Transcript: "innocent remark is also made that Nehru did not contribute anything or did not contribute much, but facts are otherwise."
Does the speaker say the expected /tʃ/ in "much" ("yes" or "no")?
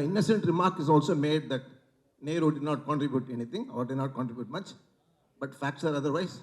yes